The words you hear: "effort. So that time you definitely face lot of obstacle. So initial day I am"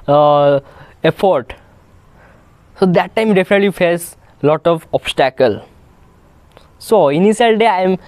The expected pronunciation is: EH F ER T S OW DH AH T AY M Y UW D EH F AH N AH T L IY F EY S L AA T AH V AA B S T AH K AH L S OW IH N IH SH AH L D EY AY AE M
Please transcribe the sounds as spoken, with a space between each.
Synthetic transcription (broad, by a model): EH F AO T S OW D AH T AY M D EH F AH N AH T L IY F EY S L AA T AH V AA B S T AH K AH L S OW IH N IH S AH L D EY AY M